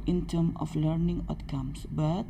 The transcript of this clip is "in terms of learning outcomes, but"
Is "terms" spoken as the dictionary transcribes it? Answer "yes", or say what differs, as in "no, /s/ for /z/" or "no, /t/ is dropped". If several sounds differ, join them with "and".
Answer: no, /z/ is dropped